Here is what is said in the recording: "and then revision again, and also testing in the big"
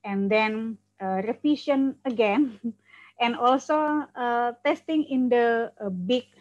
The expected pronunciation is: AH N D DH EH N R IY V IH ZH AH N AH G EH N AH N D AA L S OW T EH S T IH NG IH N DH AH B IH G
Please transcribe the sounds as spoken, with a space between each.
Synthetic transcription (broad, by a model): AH N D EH N R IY F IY SH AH N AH G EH N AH N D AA L S OW T EH S T IH NG IH N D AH B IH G